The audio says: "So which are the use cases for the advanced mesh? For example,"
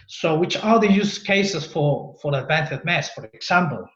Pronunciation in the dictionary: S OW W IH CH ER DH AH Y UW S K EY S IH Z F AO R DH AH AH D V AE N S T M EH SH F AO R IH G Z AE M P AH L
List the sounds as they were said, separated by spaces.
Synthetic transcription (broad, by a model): S OW W IH CH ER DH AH Y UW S K EY S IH S F AO R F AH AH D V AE N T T M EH S F AO R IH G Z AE M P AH L